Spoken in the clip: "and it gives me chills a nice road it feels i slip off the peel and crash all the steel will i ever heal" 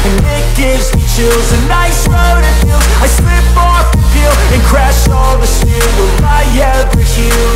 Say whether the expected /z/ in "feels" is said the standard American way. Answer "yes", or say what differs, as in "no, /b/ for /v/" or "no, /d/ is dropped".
no, /z/ is dropped